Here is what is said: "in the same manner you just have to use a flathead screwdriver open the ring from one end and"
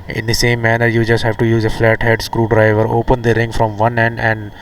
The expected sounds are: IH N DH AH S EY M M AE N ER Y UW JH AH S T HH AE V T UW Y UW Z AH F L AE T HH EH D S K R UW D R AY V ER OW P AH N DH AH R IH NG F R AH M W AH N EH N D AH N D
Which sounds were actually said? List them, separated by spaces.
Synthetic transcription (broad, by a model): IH N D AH S EY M M AE N ER Y UW JH AH S T HH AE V T UW Y UW Z AH F L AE T HH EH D S K R UW D R AY V ER OW P AH N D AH R IH NG F R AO M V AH N EH N D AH N D